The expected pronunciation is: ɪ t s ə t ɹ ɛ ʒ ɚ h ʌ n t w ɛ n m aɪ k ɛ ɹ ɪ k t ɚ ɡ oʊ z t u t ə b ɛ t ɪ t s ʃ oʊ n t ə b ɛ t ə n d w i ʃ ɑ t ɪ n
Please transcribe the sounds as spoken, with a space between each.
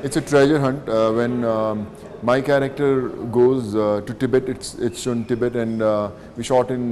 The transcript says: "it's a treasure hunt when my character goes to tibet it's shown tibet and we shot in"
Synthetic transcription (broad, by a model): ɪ t s ə t ɹ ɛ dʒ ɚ h ʌ n t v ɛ n m aɪ k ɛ ɹ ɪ k t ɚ ɡ oʊ z t u t ə b ɛ t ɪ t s s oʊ n t ə b ɛ t ə n d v i ʃ ɑ t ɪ n